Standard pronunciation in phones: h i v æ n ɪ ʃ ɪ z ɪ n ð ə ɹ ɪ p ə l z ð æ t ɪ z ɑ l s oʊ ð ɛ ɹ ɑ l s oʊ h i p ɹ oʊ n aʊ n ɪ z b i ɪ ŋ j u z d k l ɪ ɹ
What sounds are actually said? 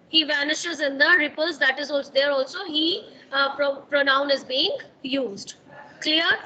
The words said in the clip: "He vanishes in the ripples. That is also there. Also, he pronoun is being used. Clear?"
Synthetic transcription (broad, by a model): h i v æ n ɪ ʃ ɪ z ɪ n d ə ɹ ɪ p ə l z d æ t ɪ z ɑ l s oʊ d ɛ ɹ ɑ l s oʊ h i p ɹ oʊ n aʊ n ɪ z b i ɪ ŋ j u z d k l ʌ ɹ